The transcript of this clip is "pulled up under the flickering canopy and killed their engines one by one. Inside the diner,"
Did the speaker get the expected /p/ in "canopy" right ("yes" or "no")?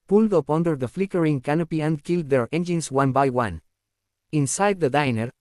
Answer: yes